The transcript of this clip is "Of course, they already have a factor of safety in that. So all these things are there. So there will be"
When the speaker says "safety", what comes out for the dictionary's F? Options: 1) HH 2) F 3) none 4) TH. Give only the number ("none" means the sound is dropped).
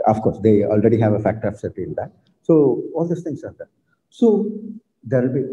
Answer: 3